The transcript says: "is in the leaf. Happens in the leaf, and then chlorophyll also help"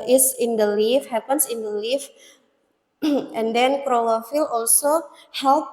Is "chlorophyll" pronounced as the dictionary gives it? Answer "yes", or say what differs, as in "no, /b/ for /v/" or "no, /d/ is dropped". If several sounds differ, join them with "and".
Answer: no, /l/ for /ɹ/